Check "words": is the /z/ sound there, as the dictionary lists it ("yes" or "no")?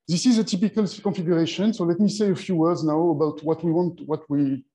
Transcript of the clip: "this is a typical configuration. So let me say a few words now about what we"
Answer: yes